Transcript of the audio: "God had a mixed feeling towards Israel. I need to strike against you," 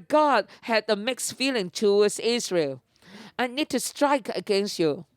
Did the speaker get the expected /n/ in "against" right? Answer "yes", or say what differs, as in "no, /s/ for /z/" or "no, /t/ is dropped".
yes